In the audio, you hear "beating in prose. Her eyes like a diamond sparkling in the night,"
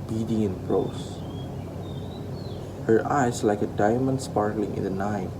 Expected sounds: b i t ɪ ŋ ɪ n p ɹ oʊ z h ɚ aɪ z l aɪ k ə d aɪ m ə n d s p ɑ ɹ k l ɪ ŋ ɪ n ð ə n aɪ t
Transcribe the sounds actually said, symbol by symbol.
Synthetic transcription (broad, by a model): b i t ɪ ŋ ɪ n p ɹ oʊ s h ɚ aɪ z l aɪ k ə d aɪ m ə n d s p ɑ ɹ k l ɪ ŋ ɪ n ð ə n aɪ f